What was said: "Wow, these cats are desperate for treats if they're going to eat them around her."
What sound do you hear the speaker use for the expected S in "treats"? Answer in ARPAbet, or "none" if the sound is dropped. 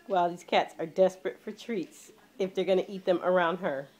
S